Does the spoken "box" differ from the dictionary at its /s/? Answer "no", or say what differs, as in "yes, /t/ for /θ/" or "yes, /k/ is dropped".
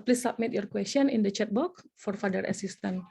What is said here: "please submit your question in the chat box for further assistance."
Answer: yes, /s/ is dropped